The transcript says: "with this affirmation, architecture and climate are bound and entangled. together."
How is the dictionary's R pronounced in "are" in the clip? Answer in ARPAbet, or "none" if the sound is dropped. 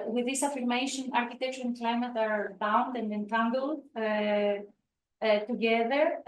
R